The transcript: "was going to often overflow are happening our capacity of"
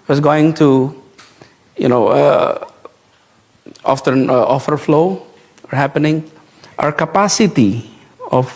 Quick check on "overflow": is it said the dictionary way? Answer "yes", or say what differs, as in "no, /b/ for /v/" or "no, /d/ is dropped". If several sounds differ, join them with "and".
no, /f/ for /v/